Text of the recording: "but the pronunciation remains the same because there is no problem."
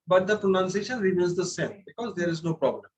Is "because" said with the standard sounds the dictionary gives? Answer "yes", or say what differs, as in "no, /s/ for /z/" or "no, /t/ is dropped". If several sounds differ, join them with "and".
yes